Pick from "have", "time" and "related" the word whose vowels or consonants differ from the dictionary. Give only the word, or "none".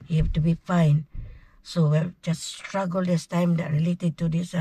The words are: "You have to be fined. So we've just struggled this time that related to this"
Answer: have